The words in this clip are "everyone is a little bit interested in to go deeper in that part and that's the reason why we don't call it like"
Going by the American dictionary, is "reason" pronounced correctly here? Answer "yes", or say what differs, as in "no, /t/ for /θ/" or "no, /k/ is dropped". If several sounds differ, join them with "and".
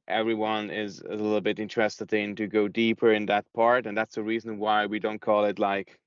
yes